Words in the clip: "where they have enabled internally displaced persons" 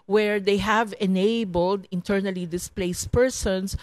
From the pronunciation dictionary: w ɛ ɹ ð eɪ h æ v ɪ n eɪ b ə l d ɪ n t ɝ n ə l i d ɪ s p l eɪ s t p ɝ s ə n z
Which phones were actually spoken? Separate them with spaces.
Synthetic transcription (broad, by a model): w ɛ ɹ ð eɪ h æ v ɪ n eɪ b ə l d ɪ n t ɝ n ə l i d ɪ s p l eɪ s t p ɝ s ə n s